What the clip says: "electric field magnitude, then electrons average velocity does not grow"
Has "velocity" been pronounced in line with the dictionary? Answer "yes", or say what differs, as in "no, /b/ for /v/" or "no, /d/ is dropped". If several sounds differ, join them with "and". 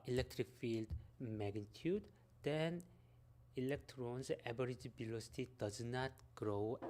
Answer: no, /b/ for /v/